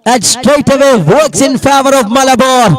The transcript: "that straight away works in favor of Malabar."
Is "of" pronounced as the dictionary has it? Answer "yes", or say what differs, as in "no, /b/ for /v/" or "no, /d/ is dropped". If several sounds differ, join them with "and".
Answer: yes